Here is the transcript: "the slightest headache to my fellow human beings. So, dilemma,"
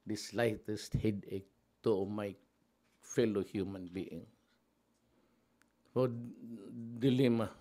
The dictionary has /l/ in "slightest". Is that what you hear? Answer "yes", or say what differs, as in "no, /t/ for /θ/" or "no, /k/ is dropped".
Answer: yes